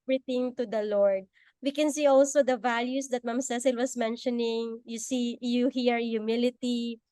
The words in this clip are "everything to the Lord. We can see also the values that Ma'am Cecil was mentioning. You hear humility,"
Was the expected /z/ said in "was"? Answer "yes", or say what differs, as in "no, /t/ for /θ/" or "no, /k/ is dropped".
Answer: no, /s/ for /z/